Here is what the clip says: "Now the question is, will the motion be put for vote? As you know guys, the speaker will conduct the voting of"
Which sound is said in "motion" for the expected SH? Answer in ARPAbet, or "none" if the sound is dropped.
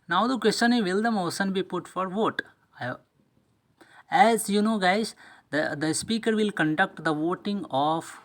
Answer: S